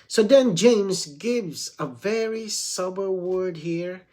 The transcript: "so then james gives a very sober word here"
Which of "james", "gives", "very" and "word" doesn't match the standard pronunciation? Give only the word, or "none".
none